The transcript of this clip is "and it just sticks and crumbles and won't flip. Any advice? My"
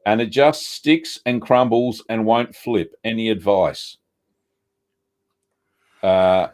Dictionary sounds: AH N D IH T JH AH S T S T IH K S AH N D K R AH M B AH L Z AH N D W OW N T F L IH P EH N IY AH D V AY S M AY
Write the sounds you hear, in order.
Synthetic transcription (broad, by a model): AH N IH T JH AH S T S T IH K S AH N K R AH M B L Z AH N W OW N T F L IH P EH N IY AH D V AY S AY